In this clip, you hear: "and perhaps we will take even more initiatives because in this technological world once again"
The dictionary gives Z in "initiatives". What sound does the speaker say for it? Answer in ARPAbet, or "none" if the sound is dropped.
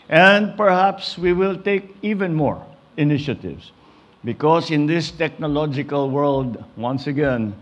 S